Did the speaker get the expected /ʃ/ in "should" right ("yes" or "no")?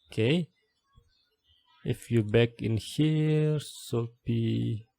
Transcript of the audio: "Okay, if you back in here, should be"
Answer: no